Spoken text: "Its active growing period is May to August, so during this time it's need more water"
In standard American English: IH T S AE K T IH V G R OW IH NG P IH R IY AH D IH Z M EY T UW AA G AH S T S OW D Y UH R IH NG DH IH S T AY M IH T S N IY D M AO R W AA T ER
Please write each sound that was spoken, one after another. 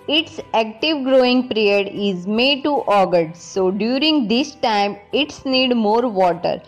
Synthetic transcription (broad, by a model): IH T S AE K T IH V G R OW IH NG P R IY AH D IH Z M EY T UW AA G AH T S OW D Y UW R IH NG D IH S T AY M IH T S N IY D M AO R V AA T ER